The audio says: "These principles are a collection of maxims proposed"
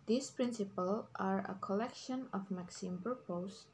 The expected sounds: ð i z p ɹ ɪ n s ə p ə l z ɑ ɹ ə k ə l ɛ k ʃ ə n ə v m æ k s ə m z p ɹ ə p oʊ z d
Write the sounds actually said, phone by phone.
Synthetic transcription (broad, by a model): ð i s p ɹ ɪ n s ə p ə l ɑ ɹ ə k ə l ɛ k ʃ ə n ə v m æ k s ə m p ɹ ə p oʊ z